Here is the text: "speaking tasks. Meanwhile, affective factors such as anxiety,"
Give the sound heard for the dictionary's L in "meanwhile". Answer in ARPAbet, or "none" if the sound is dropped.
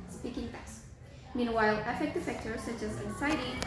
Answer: L